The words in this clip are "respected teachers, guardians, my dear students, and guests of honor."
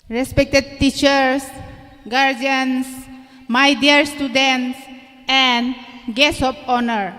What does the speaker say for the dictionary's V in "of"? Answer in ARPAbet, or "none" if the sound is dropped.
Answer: P